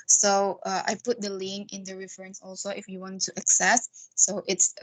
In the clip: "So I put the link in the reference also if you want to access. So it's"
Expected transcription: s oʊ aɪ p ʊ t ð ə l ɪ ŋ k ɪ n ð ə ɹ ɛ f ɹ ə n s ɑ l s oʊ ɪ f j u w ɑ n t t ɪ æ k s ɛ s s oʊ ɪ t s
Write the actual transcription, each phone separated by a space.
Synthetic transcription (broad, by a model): s oʊ aɪ p ʊ t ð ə l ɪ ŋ ɪ n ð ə ɹ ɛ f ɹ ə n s ɑ l s oʊ ɪ f j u w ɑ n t t ɪ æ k s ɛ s s oʊ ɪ t s